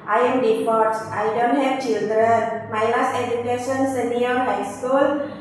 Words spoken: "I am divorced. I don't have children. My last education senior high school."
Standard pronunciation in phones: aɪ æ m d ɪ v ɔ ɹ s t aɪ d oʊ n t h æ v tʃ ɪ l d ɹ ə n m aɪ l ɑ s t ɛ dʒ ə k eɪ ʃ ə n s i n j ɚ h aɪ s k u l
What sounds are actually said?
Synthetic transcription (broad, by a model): aɪ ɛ m d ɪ p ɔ ɹ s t aɪ d oʊ n t h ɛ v tʃ ɪ l d ɹ ə n m aɪ l ɑ s t ɛ dʒ ə k eɪ ʃ ə n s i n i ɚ h aɪ s k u l